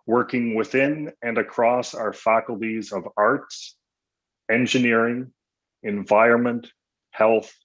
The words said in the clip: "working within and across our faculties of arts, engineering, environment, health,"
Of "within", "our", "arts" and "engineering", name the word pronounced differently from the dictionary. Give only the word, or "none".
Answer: none